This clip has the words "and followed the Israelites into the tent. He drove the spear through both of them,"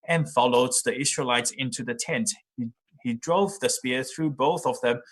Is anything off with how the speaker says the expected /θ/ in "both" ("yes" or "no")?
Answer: no